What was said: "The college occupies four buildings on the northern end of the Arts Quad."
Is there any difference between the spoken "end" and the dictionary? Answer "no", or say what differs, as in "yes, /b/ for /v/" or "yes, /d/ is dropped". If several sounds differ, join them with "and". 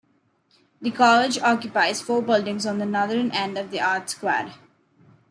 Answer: no